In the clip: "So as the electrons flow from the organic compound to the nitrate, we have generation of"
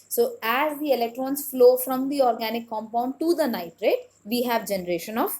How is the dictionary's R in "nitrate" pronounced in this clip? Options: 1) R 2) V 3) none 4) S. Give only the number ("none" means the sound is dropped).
1